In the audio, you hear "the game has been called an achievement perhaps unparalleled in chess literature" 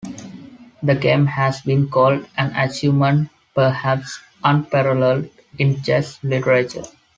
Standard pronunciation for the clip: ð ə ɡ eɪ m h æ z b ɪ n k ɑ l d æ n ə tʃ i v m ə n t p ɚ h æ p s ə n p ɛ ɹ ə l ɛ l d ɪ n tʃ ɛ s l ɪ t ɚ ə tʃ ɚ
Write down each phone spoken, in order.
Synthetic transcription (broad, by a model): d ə ɡ eɪ m h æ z b ɪ n k ɑ l d æ n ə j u m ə n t p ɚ h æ p s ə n p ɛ ɹ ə l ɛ l ɪ n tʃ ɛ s l ɪ t ɚ ə tʃ ɚ